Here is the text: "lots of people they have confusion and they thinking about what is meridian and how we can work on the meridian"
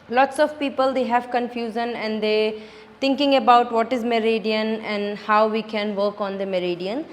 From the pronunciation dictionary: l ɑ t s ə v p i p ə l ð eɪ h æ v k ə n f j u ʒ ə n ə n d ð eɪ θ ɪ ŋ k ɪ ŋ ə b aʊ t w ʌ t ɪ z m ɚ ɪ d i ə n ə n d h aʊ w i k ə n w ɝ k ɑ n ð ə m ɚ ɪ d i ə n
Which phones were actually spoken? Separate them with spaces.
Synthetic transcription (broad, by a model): l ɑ t s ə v p i p ə l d eɪ h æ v k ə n f j u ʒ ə n ə n d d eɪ t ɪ ŋ k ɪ ŋ ə b aʊ t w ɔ t ɪ z m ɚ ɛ d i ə n ə n d h aʊ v i k ə n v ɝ k ɑ n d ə m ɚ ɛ d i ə n